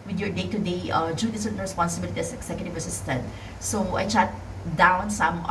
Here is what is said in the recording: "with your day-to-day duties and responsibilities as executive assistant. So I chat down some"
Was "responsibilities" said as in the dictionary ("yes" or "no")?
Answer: no